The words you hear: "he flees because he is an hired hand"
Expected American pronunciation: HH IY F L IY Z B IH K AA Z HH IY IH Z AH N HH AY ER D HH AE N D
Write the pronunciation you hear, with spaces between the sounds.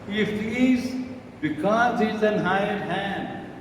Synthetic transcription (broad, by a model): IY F IY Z B IH K AA Z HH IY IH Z AH N HH AY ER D HH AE N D